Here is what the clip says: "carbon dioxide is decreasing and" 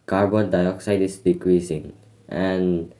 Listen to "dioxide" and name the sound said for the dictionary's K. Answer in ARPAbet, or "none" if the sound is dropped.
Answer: K